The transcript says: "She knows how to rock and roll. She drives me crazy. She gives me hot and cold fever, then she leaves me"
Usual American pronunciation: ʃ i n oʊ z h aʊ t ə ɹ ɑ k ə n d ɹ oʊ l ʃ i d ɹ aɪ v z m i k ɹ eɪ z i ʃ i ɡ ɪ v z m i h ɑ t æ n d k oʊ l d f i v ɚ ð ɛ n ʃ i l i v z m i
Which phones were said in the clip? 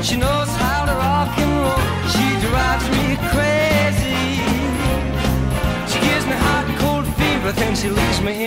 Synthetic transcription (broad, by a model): ʃ i n oʊ z h aʊ t ə ɹ ɑ k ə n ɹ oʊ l ʃ i d ɹ aɪ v z m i k ɹ eɪ z i ʃ i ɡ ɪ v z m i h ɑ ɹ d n k oʊ l d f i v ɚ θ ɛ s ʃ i l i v z m i